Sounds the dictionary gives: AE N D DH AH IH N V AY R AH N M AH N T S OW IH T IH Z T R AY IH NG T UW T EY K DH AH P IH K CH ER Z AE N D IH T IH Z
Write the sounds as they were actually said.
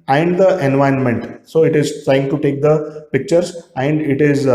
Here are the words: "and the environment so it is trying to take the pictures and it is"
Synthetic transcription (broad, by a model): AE N D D AH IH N V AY AH N M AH N T S OW IH T IH Z T R AY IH NG T UW T EY K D AH P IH K CH ER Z AE N D IH T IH Z